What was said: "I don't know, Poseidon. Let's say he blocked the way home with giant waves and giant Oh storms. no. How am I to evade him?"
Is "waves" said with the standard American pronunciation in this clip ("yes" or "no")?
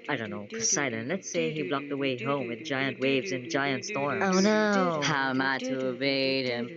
yes